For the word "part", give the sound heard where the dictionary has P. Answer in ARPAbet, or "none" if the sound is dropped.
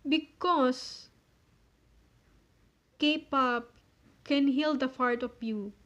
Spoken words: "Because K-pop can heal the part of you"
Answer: F